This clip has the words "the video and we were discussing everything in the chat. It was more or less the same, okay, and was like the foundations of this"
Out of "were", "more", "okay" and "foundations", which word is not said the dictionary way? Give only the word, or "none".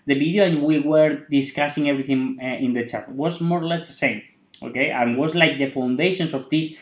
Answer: foundations